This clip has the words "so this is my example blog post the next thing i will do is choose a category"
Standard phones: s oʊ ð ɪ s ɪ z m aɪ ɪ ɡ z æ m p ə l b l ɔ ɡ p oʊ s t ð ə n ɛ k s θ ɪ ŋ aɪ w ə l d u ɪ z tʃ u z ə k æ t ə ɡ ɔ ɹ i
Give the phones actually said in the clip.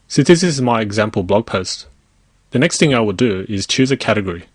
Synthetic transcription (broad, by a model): s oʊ ð ɪ s ɪ z m aɪ ɪ ɡ z æ m p ə l b l ɔ ɡ p oʊ s t ð ə n ɛ k s θ ɪ ŋ aɪ w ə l d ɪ ɪ z tʃ u z ə k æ t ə ɡ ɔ ɹ i